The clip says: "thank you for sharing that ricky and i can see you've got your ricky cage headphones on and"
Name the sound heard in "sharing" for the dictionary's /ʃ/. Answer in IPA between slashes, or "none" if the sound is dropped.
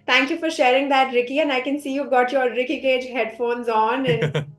/ʃ/